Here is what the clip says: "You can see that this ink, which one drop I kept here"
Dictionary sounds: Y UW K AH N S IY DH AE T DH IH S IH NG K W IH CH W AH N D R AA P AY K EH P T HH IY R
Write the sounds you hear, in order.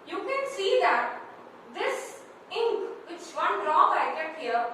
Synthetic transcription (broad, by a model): Y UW K AH N S IY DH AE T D IH S IH NG K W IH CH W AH N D R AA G AY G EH T HH IY R